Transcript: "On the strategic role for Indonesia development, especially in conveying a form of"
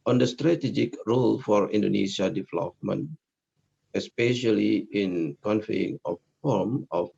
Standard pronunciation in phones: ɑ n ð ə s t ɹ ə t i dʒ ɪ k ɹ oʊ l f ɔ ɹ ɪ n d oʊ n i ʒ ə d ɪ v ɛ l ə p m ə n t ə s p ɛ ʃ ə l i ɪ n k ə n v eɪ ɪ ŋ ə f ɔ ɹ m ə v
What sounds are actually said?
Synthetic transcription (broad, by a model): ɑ n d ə s t ɹ ə t i dʒ ɪ k ɹ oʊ l f ɔ ɹ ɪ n d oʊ n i ʃ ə d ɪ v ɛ l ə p m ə n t ə s p ɛ ʃ ə l i ɪ n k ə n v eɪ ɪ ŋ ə f ɔ ɹ m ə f